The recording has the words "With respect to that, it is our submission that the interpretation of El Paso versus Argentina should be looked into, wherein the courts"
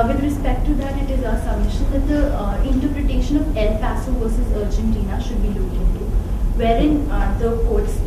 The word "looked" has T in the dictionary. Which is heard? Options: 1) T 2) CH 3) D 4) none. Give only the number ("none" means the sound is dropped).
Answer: 4